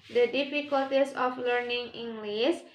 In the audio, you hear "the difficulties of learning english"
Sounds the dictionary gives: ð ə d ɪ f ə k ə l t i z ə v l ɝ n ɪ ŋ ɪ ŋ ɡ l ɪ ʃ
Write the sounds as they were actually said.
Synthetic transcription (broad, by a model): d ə d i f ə k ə l t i s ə f l ɝ n ɪ ŋ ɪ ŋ ɡ l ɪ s